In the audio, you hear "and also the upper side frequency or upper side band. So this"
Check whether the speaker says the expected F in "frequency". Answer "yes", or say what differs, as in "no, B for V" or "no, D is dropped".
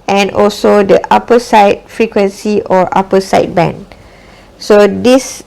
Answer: yes